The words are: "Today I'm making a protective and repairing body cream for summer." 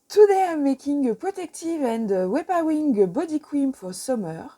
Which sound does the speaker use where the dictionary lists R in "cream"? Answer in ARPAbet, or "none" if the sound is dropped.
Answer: W